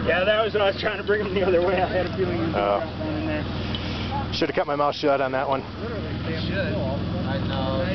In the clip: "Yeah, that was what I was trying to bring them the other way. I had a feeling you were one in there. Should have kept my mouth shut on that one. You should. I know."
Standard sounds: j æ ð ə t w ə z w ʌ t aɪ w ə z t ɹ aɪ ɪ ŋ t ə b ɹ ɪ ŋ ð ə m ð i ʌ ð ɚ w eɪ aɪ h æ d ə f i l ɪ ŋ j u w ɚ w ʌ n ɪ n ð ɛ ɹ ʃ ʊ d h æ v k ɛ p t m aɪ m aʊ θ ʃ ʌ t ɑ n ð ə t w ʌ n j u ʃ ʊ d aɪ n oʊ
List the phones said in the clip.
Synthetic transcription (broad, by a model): j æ ð ə t w ə z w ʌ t aɪ w ə z t ɹ aɪ ɪ ŋ t ə b ɹ ɪ ŋ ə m ð i ʌ ð ɚ w eɪ aɪ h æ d ə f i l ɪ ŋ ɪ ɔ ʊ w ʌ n ɪ n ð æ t ʃ ʊ d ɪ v k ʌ t m aɪ m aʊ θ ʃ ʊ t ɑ n ð ə t w ʌ n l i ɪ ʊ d aɪ n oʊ